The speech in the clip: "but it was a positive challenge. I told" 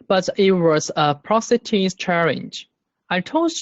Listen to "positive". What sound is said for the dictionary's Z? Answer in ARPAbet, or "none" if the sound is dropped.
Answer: S